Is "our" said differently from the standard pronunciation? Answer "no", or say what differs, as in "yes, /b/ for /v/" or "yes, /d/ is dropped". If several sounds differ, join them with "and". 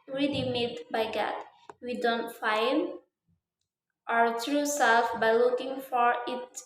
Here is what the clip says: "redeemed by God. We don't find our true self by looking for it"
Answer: no